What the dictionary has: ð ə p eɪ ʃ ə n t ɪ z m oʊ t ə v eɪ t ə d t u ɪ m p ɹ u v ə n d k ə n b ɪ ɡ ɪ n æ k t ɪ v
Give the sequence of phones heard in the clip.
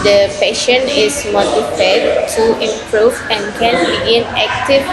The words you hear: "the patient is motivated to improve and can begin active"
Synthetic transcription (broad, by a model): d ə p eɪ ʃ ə n ɪ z m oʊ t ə f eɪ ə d t u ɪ m p ɹ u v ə n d k ə n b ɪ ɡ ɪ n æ k t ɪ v